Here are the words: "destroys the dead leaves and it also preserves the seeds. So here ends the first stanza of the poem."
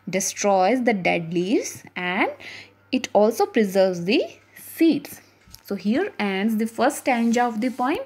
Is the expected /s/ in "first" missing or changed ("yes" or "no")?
yes